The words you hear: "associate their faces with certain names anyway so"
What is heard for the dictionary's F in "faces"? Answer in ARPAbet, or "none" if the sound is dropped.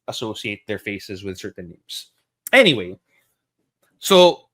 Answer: F